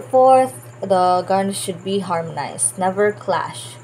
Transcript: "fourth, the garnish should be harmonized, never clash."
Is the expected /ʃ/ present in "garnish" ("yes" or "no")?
no